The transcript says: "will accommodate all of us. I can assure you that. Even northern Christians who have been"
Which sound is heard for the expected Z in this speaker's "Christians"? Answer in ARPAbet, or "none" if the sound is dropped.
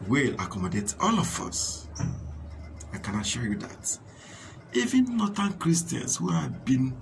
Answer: S